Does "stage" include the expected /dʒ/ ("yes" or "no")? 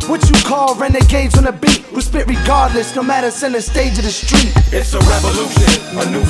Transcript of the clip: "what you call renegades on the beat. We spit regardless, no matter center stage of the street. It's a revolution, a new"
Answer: yes